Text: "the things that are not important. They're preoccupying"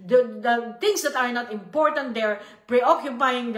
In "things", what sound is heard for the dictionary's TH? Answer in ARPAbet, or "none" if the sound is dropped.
T